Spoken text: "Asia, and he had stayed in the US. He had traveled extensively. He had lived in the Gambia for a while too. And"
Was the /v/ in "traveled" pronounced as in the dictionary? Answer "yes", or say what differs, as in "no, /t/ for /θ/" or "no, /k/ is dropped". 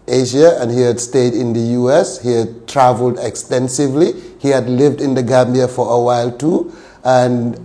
yes